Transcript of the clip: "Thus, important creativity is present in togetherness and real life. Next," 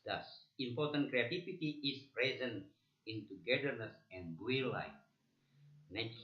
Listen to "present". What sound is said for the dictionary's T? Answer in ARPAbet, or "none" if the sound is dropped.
none